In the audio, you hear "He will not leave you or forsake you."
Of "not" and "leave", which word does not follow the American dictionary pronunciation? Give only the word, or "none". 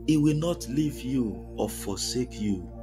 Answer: none